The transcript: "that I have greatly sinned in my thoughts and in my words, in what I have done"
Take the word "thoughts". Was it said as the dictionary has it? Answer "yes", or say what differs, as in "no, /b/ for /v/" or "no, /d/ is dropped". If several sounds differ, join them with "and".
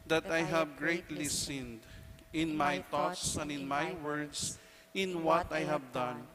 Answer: no, /t/ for /θ/